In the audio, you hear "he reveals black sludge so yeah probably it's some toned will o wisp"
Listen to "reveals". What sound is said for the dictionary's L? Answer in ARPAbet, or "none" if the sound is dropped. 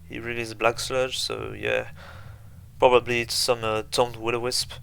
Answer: none